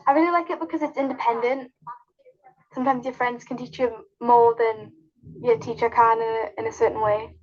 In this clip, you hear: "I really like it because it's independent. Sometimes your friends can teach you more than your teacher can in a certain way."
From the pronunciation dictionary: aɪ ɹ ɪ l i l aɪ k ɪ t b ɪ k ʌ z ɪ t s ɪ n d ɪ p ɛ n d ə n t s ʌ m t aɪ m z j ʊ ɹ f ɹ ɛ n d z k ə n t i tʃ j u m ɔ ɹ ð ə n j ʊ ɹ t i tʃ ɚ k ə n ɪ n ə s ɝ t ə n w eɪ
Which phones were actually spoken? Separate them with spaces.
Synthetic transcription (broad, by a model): aɪ ɹ ɪ l i l aɪ k ɪ t b ɪ k ʌ z ɪ t s ɪ n d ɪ p ɛ n d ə n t s ʌ m t aɪ m z j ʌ f ɹ ɛ n d z k ə n t i tʃ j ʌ m ɔ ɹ ð ə n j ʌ t i tʃ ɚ k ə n ɪ n ə s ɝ t n w eɪ